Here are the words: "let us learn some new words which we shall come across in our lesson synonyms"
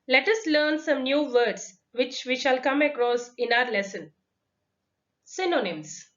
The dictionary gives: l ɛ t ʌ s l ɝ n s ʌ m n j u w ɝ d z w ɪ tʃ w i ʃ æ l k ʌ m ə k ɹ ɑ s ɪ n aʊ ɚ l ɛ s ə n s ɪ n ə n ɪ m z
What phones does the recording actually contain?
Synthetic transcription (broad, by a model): l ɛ t ʌ s l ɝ n s ʌ m n j u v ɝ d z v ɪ tʃ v i ʃ æ l k ʌ m ə k ɹ ɑ s ɪ n aʊ ɚ l ɛ s ə n s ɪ n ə n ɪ m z